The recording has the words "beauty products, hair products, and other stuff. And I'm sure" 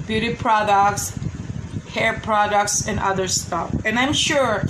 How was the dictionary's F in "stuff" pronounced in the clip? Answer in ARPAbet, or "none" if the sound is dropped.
F